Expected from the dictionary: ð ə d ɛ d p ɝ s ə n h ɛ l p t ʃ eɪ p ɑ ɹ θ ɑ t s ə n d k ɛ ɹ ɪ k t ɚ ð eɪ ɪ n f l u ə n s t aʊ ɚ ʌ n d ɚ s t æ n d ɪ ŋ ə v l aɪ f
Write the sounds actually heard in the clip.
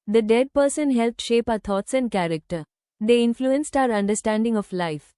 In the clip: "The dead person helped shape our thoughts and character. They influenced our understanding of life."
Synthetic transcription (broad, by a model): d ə d ɛ d p ɝ s ə n h ɛ l p t ʃ eɪ p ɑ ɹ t ɑ t s ə n d k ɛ ɹ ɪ k t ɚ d eɪ ɪ n f l u ə n s t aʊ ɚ ʌ n d ɚ s t æ n d ɪ ŋ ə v l aɪ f